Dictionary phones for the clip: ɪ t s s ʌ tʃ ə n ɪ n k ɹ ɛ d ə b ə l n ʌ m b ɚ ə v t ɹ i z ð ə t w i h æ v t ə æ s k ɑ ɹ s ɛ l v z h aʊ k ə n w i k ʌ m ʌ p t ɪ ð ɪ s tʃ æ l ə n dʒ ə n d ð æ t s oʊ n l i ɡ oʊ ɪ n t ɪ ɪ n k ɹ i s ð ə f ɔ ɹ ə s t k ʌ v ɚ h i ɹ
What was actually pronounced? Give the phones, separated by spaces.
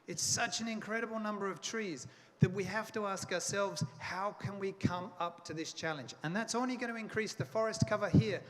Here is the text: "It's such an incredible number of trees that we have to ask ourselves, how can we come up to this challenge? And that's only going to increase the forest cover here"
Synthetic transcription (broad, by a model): ɪ t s s ʌ tʃ ə n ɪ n k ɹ ɛ d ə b l n ʌ m b ɚ ə v t ɹ i z ð ə t w i h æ f t ə æ s k ɑ ɹ s ɛ l v z h aʊ k ə n w i k ʌ m ʌ p t ɪ ð ɪ s tʃ æ l ə n dʒ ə n ð æ t s oʊ n l i ɡ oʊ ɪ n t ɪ ɪ n k ɹ i s ð ə f ɔ ɹ ə s t k ʌ v ɚ h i ɹ